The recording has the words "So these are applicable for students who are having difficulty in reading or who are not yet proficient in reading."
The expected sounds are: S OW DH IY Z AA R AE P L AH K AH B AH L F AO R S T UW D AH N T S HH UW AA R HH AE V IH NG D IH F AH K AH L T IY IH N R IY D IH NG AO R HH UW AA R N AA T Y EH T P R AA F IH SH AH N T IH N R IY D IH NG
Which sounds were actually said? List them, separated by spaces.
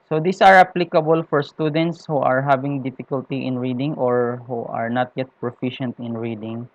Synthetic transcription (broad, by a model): S OW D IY S AA R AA P L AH K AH B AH L F AO R S T UW D AH N T S HH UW AA R HH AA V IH NG D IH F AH K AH L T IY IH N R IY D IH NG AO R HH UW AA R N AA T Y EH T P R AA F IH SH AH N T IH N R IY D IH NG